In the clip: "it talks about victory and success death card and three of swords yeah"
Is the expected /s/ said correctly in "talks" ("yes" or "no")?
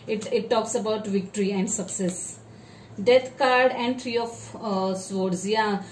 yes